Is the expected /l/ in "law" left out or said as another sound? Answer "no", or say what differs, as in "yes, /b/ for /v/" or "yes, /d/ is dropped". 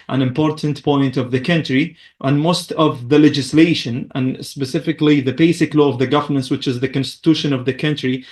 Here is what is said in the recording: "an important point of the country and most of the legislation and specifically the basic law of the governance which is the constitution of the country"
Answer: no